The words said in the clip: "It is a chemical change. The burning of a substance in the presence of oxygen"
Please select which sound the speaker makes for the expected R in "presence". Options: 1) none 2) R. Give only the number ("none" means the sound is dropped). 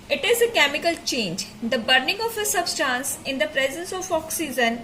2